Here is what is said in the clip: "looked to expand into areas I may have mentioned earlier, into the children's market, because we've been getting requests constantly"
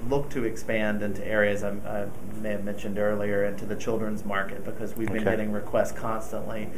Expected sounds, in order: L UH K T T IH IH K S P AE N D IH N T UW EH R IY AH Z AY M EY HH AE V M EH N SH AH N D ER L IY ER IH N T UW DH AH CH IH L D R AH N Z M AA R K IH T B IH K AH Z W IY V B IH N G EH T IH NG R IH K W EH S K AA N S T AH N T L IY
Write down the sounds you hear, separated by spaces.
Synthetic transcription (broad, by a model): L UH K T T IH IH K S P AE N D IH N T UW EH R IY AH Z AY M EY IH V M EH N SH AH N D ER L IY ER IH N T UW DH AH CH IH L D R AH N Z M AA R K IH T B IH K AH Z W IY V B IH N G EH T IH NG R IH K W EH S K AA N S T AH N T L IY